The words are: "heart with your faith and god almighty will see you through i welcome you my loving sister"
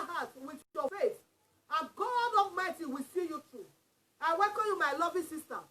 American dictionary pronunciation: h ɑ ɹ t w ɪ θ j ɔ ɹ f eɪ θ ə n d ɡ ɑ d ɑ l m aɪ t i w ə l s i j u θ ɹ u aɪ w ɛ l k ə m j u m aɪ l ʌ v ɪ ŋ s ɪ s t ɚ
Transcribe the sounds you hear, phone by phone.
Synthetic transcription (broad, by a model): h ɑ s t w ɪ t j ɔ f eɪ s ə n ɡ ɑ d ɑ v m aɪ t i w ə s i j u t ɹ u aɪ w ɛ k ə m j u m aɪ l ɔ v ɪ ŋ s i s t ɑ